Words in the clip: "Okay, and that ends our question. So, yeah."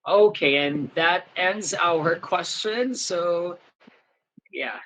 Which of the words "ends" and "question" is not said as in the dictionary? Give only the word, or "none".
none